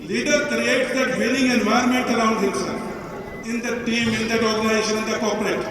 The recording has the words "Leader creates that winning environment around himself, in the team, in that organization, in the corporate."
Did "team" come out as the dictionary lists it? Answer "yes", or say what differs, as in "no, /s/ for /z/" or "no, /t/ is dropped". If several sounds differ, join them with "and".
yes